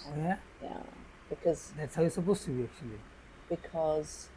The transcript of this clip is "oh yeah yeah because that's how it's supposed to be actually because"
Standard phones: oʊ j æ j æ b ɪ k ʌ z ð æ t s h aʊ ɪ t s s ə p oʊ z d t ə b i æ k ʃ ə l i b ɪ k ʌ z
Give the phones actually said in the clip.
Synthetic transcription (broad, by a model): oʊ j æ j æ b ɪ k ʌ z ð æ t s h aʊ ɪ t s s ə b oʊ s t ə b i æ k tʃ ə l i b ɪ k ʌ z